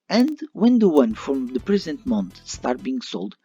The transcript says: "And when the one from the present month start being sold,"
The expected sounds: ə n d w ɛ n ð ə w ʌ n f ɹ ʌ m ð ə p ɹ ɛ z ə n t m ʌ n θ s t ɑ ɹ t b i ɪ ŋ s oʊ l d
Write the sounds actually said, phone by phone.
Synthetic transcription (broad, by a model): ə n d w ɛ n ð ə w ʌ n f ɹ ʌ m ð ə p ɹ ɛ z ə n t m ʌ n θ s t ɑ ɹ t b i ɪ ŋ s oʊ l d